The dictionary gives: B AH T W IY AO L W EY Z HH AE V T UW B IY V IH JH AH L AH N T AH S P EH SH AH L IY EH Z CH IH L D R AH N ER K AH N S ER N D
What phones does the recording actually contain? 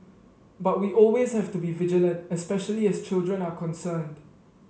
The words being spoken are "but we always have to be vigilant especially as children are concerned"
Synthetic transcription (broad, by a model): B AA T W IY AO L W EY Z HH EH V T UW B IY V IH JH AH L AH N T AH S P EH SH AH L IY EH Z CH IH L D R AH N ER K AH N S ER N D